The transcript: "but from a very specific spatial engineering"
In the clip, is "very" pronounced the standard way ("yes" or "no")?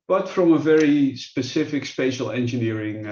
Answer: yes